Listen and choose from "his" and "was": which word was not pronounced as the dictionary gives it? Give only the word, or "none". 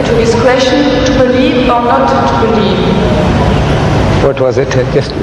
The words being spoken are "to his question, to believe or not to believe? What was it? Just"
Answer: his